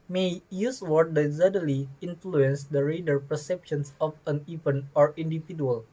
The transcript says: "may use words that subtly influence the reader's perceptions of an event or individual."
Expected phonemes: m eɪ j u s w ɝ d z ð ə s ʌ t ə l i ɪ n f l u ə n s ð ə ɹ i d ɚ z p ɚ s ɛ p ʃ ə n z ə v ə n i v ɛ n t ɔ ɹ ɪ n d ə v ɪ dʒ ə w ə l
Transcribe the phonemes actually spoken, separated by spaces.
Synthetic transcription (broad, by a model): m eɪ j u s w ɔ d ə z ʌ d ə l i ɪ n f l u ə n s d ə ɹ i d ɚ p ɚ s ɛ p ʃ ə n s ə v ə n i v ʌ n ɔ ɹ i n d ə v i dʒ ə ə l